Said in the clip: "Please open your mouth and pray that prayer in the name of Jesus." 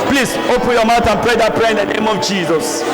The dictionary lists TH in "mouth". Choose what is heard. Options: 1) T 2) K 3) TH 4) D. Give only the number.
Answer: 1